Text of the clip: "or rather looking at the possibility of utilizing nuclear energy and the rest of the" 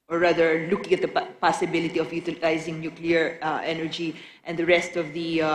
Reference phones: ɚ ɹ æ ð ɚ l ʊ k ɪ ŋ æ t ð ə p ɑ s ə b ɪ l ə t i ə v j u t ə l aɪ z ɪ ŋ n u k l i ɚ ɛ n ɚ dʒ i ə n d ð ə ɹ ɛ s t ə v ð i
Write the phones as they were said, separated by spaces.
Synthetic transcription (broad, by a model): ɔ ɹ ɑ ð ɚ l ʊ k ɪ ŋ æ t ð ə p ɑ s ə b ɪ l ə t i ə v j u t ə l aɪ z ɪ ŋ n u k l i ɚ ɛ n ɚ dʒ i ə n d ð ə ɹ ɛ s t ə v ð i